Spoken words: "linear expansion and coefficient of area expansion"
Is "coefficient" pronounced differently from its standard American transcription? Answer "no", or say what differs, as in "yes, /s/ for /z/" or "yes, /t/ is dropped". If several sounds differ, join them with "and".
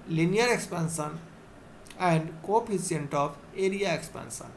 yes, /ʃ/ is dropped